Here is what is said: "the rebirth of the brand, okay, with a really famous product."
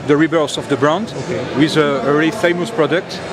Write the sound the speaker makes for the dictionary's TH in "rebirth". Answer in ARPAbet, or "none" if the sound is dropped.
S